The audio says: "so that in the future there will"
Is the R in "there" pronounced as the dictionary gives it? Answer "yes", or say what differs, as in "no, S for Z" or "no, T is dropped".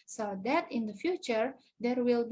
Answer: yes